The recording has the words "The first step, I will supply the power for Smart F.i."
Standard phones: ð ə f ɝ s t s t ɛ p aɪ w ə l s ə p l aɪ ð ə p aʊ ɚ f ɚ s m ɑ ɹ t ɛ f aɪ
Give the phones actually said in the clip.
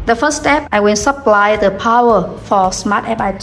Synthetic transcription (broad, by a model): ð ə f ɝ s s t ɛ p aɪ w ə n s ə p l aɪ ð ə p aʊ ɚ f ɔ s m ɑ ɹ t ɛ p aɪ